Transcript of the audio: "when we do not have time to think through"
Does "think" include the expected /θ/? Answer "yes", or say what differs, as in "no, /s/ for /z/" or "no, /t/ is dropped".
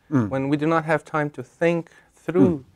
yes